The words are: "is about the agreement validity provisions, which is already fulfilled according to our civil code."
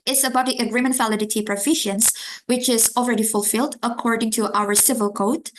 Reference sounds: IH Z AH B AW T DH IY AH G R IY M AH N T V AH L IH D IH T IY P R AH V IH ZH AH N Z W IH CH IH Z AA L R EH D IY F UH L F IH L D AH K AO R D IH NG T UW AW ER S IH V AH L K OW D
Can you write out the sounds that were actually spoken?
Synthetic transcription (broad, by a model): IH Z AH B AW T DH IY AH G R IY M AH N T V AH L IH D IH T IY P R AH F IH SH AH N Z W IH CH IH Z AA L R EH D IY F UH L F IH L D AH K AO R D IH NG T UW AW ER S IH V AH L K OW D